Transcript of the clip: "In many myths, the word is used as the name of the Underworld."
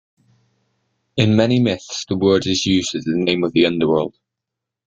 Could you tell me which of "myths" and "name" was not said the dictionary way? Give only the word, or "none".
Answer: none